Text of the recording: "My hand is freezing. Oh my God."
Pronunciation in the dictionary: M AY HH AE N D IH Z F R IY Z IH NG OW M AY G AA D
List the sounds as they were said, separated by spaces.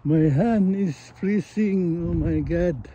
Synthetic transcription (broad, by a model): M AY HH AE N IH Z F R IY S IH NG OW M AY G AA D